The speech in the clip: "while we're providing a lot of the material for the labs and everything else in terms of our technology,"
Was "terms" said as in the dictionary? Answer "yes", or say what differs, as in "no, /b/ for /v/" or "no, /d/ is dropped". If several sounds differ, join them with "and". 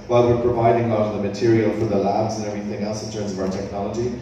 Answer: yes